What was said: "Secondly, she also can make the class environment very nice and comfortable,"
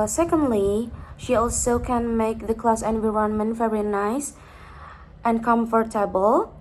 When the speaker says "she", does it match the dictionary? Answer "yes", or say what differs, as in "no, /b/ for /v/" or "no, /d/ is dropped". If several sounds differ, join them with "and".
yes